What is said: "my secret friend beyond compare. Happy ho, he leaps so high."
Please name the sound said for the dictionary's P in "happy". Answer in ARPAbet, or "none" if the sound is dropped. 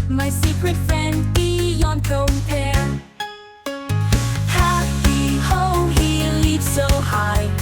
none